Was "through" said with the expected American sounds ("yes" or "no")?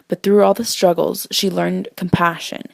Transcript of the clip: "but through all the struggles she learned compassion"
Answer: yes